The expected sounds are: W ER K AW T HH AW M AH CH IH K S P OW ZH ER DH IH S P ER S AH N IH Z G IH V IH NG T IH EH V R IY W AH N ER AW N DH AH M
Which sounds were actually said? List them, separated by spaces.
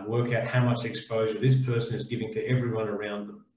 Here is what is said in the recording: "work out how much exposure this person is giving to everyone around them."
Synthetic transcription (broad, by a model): W ER K AW T HH AW M AH CH IH K S P OW ZH ER DH IH S P ER S AH N IH Z G IH V IH NG T IH EH V R IY W AH N ER AW N DH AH M